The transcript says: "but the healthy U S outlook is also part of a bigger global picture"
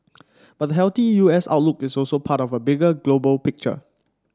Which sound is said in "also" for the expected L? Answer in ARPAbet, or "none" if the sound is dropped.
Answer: L